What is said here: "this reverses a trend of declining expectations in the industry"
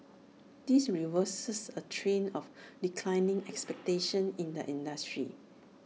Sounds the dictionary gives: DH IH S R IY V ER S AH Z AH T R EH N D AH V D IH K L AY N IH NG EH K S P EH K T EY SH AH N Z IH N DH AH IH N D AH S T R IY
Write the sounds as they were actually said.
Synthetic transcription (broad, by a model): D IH S R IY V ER S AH S AH T R EH N AH F D IH K L AY N IH NG EH K S P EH K T EY SH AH N IH N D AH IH N D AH S T R IY